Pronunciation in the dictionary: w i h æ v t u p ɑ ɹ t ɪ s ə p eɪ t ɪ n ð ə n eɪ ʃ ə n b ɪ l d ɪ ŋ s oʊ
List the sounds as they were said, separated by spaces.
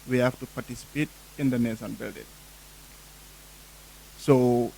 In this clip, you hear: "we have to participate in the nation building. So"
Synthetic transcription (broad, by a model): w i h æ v t u p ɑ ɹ t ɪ s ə p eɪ t ɪ n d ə n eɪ s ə n b ɪ l d ɪ ŋ s oʊ